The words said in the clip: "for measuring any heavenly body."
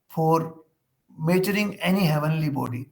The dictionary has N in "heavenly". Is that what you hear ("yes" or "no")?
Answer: yes